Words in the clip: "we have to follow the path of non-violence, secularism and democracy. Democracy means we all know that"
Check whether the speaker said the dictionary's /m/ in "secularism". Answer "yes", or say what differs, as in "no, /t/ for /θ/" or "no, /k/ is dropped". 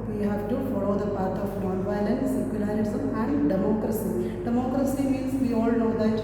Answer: no, /m/ is dropped